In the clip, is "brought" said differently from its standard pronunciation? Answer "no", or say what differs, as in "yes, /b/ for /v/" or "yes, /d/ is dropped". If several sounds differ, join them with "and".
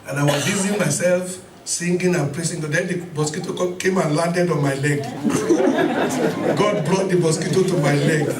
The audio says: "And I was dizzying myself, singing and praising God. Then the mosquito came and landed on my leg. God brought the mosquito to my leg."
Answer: yes, /l/ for /ɹ/